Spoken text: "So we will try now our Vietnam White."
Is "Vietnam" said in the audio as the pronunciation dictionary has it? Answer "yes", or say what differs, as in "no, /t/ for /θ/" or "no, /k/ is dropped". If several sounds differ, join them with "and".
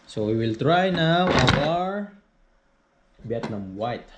no, /b/ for /v/